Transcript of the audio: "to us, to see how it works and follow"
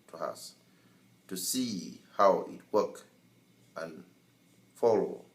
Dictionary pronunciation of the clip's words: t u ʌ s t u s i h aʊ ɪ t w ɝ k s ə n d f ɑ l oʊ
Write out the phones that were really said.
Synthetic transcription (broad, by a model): t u ʌ s t u s i h aʊ ɪ t w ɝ k ə n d f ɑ l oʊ